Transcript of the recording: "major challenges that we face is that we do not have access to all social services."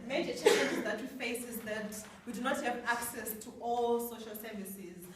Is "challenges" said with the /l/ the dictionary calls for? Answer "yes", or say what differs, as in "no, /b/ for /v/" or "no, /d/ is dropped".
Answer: no, /l/ is dropped